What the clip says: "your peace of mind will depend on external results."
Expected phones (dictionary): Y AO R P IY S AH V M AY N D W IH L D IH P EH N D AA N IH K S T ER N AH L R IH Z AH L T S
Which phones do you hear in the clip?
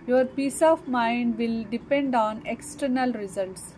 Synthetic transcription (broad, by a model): Y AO R P IY S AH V M AY N D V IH L D IH P EH N D AA N IH K S T ER N AH L R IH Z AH L T S